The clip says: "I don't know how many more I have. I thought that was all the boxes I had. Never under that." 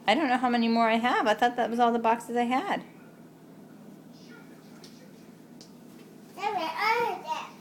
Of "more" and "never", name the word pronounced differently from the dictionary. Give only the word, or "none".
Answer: never